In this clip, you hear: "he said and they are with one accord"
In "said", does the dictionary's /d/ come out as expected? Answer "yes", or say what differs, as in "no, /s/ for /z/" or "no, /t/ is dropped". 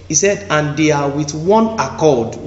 yes